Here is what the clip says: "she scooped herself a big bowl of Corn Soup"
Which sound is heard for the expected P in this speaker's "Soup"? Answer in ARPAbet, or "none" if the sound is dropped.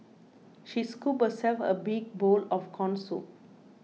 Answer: none